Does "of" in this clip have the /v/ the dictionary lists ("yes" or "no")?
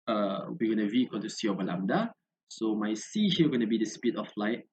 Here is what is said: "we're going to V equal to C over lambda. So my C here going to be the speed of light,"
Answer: no